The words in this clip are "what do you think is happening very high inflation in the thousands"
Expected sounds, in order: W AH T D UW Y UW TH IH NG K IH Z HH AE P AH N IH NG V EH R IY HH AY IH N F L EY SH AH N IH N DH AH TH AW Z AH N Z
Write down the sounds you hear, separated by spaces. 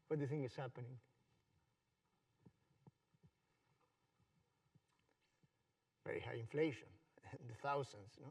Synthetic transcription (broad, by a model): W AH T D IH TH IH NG IH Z HH AE P AH N IH NG V EH R IY HH AY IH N F L EY AH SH IH N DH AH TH AW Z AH N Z